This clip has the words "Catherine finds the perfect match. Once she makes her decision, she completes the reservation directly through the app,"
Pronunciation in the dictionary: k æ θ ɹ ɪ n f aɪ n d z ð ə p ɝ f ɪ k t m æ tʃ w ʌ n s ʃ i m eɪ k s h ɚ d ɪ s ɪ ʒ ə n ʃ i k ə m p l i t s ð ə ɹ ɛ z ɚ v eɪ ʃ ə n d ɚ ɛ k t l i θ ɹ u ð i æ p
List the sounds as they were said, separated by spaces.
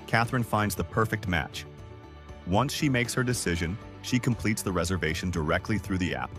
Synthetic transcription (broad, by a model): k æ θ ɹ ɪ n f aɪ n d z ð ə p ɝ f ɪ k t m æ tʃ w ʌ n s ʃ i m eɪ k s h ɚ d ɪ s ɪ ʒ ə n ʃ i k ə m p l i t s ð ə ɹ ɛ z ɚ v eɪ ʃ n d ɚ ɛ k t l i θ ɹ u ð i æ p